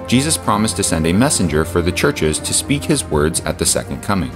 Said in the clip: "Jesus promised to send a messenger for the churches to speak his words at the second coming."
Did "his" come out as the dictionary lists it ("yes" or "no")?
yes